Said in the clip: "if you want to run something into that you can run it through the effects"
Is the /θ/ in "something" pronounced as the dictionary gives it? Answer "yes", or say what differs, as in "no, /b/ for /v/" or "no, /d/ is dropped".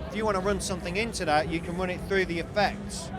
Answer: yes